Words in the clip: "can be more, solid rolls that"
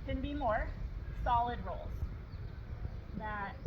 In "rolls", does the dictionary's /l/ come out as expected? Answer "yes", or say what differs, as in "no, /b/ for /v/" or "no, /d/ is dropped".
yes